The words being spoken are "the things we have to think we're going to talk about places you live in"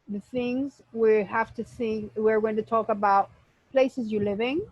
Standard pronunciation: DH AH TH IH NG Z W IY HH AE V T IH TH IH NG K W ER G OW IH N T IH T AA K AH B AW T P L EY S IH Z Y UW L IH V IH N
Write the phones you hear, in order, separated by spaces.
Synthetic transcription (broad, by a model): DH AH TH IH NG Z W IY HH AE F T IH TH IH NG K W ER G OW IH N T IH T AA K AH B AW T P L EY S IH Z Y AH L IH V IH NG